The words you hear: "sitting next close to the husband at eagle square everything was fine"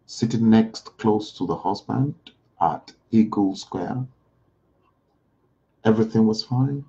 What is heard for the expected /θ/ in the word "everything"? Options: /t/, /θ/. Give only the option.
/θ/